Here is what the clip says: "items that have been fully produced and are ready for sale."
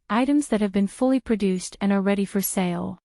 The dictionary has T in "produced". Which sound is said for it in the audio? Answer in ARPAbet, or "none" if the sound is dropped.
T